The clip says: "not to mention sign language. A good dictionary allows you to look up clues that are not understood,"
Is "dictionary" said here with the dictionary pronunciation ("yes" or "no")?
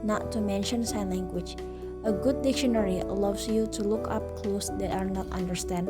yes